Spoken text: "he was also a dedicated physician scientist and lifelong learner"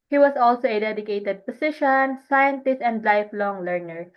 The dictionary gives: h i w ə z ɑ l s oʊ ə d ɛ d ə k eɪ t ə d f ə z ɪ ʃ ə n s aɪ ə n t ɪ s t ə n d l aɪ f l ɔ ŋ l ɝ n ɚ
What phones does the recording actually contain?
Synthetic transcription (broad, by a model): h i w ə s ɑ l s oʊ ə d ɛ d ə k eɪ t ə d p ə s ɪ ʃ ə n s aɪ ə n t ɪ s t ə n d l aɪ f l ɔ ŋ l ɝ n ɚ